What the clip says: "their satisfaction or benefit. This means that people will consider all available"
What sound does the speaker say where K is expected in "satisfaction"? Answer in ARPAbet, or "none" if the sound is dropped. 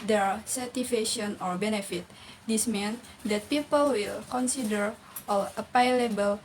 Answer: none